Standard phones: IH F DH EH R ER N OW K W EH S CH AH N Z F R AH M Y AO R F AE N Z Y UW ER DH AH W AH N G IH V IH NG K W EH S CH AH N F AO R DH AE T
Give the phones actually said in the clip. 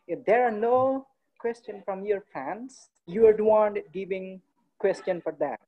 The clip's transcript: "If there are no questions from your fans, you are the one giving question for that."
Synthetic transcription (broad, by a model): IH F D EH R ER N OW K W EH S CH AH N F R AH M Y AO R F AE N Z Y UW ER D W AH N G IH V IH NG K W EH S CH AH N F AO R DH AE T